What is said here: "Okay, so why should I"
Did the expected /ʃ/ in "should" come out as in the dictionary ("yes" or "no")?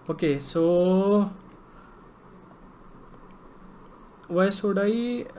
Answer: no